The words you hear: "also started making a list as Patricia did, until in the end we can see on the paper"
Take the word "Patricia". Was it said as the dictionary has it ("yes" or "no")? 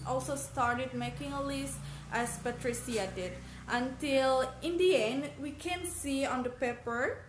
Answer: no